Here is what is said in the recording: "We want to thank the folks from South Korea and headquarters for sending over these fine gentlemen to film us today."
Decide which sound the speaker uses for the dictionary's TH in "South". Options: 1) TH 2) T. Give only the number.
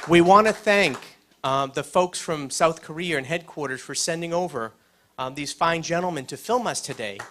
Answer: 1